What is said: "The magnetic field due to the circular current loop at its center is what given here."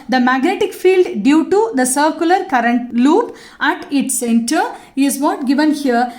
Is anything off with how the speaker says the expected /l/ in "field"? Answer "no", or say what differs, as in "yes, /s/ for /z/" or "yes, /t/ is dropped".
no